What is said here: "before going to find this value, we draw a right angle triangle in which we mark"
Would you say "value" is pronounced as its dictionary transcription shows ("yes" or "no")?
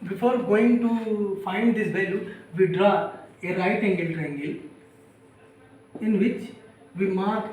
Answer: no